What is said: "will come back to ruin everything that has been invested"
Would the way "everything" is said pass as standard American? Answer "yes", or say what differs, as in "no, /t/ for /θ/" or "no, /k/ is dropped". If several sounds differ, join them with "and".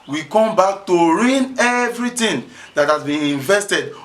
no, /t/ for /θ/